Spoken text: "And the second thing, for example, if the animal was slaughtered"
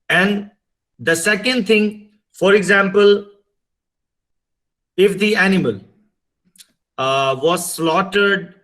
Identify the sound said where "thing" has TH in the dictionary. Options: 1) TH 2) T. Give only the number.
2